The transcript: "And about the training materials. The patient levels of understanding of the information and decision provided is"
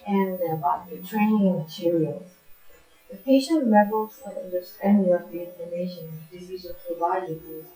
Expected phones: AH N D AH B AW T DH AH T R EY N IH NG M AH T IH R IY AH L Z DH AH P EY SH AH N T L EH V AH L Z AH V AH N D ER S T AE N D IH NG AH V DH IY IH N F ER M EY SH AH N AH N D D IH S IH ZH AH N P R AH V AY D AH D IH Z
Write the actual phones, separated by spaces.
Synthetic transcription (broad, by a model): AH N AH B AW T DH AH T R EY N IH NG M AH T IH R IY AH L Z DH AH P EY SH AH N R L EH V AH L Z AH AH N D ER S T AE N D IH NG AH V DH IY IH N ER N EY AH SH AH N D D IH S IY Z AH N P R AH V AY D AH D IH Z